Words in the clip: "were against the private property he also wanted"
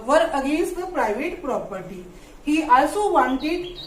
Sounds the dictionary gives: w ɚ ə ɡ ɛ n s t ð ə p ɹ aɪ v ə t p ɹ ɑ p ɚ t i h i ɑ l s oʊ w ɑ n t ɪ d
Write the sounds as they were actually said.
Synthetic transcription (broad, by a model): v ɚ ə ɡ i s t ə p ɹ aɪ v ə t p ɹ ɑ p ɚ t i h i ɑ l s oʊ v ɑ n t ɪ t